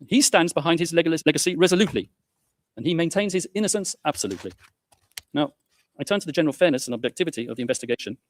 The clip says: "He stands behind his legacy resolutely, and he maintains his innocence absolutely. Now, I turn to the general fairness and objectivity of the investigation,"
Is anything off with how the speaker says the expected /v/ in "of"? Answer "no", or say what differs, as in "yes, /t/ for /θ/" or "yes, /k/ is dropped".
no